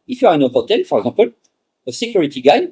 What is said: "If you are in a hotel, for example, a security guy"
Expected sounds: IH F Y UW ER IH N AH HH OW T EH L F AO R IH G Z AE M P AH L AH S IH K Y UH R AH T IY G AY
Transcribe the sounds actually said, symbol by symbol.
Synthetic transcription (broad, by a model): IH F Y UW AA IH N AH HH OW T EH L F AO R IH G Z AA P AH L AH S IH K Y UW R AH T IY G AY